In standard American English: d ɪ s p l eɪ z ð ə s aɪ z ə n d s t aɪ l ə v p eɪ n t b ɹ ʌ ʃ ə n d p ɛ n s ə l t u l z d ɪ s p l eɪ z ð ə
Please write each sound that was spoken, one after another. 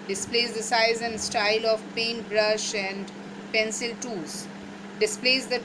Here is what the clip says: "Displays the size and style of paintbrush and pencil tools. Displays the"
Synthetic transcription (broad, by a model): d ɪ s p l eɪ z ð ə s aɪ z ə n d s t aɪ l ə v p eɪ n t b ɹ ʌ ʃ ə n d p ɛ n s ə l t u z d ɪ s p l eɪ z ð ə